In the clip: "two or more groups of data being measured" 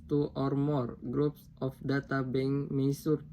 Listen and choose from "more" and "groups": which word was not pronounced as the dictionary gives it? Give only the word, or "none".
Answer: none